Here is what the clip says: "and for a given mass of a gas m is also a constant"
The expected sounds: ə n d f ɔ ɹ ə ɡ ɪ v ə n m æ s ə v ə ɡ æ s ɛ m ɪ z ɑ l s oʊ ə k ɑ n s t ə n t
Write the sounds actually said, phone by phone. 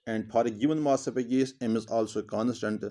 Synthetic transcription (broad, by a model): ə n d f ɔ ɹ ə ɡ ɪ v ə n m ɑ s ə p ə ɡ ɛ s ɛ m ɪ z ɑ l s oʊ k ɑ n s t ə n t